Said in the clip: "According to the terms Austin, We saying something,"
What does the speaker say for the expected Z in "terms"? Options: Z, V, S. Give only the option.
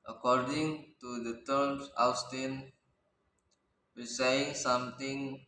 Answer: S